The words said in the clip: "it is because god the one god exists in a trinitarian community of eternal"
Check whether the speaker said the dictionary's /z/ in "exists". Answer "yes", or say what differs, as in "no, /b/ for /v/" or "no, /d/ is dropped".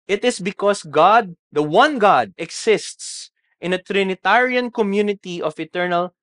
no, /s/ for /z/